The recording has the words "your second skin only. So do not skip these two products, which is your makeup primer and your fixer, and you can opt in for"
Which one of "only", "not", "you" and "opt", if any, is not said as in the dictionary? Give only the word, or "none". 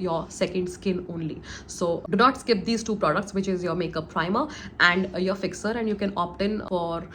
none